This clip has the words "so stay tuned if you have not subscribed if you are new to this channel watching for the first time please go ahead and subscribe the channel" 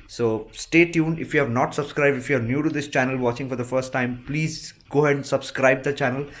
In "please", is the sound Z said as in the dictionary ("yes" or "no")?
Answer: yes